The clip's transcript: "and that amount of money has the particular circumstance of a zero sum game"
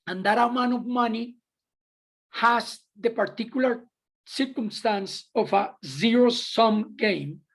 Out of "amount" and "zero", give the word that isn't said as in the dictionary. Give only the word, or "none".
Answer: amount